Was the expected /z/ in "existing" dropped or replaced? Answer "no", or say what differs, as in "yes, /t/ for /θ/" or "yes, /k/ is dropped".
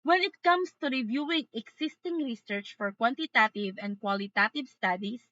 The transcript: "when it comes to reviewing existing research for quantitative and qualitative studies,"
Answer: yes, /s/ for /z/